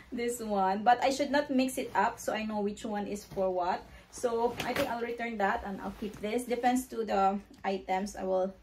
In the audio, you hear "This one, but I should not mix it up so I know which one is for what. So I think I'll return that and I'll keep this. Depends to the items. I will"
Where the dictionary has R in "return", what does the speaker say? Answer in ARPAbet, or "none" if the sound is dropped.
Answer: R